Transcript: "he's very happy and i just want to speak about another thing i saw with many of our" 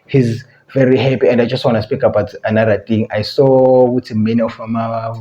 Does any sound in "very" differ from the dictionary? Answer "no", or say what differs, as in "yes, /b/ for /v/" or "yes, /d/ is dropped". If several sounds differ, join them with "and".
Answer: no